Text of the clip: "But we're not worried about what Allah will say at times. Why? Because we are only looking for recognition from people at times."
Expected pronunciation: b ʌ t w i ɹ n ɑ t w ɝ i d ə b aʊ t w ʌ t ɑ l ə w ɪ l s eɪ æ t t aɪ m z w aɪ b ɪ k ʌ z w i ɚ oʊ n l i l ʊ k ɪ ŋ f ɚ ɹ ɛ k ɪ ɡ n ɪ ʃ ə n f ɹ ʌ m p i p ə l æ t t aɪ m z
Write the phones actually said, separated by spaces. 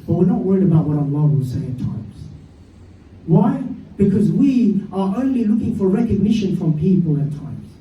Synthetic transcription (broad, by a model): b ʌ t w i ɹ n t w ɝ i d ə b aʊ t w ʌ t ɑ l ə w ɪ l s eɪ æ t t aɪ m z w aɪ b ɪ k ʌ z w i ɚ oʊ n l i l ʊ k ɪ ŋ f ɚ ɹ ɛ k ɪ ɡ n ɪ ʃ ə n f ɹ ʌ m p i p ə l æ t t aɪ m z